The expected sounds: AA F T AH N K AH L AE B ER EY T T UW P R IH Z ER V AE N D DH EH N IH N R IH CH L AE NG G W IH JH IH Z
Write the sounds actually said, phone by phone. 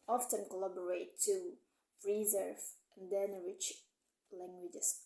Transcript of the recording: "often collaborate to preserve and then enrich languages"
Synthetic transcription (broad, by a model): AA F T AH N K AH L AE B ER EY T T UW R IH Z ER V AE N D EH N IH R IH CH L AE NG G W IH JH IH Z